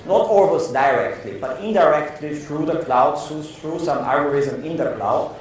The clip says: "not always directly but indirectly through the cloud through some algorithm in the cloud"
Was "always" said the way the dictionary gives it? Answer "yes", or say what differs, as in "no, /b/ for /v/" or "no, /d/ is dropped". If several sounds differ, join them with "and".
no, /s/ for /z/